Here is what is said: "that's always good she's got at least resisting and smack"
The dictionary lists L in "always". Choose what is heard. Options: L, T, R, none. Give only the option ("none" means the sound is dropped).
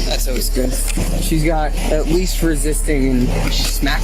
none